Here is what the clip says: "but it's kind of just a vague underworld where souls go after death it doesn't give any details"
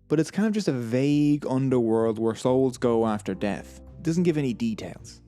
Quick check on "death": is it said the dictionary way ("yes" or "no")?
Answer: yes